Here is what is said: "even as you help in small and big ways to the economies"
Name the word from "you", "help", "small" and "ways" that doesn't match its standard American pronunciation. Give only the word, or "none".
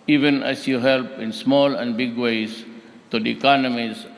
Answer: ways